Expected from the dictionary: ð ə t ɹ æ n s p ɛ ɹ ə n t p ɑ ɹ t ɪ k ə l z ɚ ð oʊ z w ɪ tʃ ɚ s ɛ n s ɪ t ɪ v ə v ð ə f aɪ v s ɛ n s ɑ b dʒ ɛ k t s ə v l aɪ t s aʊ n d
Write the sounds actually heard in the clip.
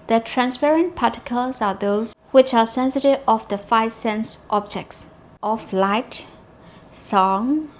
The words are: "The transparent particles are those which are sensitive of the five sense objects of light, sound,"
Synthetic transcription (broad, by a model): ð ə t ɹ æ n s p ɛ ɹ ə n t p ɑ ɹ t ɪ k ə l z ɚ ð oʊ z w ɪ tʃ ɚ s ɛ n s ɪ t ɪ v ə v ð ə f aɪ v s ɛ n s ɑ b dʒ ɛ k t s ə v l aɪ t s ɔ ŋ